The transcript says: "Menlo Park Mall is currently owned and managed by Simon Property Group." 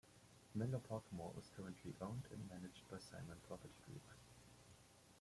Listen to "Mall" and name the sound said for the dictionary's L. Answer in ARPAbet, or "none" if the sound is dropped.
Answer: W